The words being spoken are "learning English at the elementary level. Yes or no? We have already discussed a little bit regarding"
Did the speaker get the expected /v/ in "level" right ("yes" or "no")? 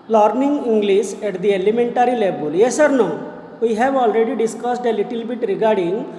no